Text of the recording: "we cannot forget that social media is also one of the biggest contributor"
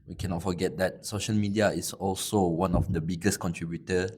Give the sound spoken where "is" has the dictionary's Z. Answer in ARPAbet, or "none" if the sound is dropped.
S